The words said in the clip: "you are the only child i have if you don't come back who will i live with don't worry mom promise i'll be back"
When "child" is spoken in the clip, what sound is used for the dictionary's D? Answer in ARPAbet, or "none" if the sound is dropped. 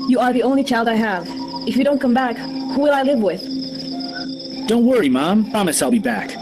D